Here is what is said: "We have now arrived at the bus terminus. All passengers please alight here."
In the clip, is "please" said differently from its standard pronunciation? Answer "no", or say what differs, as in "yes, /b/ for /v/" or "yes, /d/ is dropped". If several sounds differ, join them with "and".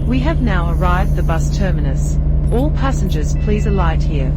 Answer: no